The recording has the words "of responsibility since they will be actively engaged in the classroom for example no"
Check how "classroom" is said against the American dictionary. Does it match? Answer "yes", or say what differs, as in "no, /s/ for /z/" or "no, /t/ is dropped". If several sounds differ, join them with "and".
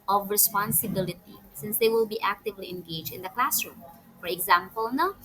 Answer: yes